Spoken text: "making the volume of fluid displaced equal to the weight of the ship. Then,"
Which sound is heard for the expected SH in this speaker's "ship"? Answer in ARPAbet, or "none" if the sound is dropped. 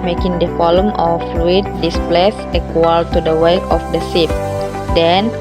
S